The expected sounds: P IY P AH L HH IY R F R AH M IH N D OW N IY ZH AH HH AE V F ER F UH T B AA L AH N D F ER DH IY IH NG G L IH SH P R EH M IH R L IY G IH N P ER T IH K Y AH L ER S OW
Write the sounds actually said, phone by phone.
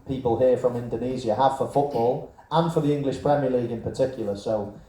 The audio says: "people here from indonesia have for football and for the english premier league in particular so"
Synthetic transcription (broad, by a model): P IY P AH L HH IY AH F R AH M IH N D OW N IY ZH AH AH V F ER F UH T B AA L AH N F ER DH IY IH NG G L IH SH P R EH M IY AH L IY G IH N P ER T IH K Y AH L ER S OW